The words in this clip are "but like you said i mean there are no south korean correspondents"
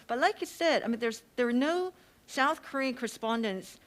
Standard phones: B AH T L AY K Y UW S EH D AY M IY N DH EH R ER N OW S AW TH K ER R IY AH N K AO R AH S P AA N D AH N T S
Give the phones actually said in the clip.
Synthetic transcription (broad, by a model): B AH T L AY K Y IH S EH D AY M IY N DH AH R ER N OW S AW TH K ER R IY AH N K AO R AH S P AA N D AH N T S